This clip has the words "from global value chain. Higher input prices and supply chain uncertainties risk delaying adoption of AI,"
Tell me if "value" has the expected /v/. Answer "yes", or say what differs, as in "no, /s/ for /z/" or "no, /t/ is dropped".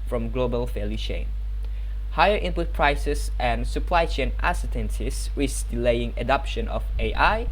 no, /f/ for /v/